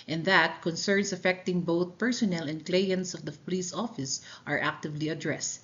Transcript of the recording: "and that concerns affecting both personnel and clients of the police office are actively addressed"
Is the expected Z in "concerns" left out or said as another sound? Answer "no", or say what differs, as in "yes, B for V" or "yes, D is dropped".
yes, S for Z